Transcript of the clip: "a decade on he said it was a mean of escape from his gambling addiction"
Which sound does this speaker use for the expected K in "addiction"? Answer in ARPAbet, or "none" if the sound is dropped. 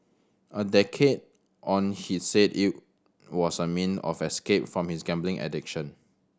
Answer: K